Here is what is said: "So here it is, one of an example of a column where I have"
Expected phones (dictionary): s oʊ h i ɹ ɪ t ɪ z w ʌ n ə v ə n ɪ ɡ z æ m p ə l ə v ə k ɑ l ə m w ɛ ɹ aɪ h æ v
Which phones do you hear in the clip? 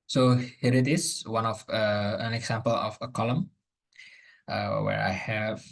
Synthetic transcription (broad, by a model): s oʊ h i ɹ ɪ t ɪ s w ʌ n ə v ə n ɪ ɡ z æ m p ə l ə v ə k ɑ l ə m w ɛ ɹ aɪ h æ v